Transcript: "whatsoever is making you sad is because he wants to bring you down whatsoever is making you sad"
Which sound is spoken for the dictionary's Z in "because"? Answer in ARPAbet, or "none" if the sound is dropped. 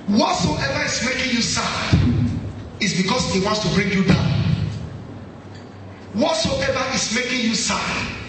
S